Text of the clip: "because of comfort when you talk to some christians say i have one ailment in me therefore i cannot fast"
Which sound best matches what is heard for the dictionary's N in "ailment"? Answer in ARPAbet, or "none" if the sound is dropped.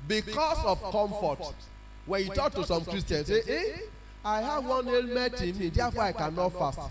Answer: none